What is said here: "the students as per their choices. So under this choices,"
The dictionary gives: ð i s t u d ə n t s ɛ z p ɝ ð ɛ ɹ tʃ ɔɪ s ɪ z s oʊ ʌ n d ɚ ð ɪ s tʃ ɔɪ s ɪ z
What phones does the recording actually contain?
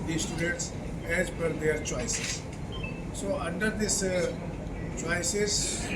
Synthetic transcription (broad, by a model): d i s t u d ə n t s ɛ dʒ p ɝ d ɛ ɹ tʃ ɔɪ s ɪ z s oʊ ʌ n d ɚ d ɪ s tʃ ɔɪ s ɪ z